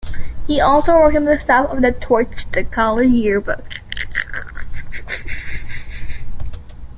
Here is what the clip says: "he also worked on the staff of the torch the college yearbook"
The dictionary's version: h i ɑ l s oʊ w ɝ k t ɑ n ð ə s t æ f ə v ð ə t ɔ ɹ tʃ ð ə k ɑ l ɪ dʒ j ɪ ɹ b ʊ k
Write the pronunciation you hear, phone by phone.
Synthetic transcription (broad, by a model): h i ɑ l s oʊ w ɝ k ʌ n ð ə s t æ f ə v ð ə t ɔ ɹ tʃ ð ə k ɑ l ɪ dʒ j ɪ ɹ b ʊ k